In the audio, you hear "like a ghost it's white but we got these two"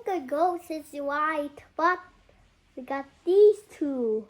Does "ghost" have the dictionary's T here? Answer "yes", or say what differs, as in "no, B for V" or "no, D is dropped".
no, T is dropped